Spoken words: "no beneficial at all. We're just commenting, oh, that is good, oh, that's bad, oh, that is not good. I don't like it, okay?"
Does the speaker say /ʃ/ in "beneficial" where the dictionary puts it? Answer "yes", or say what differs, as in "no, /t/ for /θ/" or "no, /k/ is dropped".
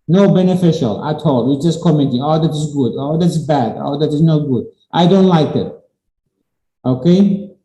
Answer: yes